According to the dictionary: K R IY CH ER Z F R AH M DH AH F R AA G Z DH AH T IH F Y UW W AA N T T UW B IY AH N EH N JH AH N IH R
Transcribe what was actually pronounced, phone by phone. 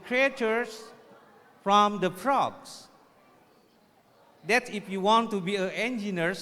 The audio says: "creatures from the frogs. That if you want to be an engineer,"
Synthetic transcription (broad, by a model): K R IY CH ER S F R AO M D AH P R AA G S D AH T IH F Y UW W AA N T T UW B IY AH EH N JH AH N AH R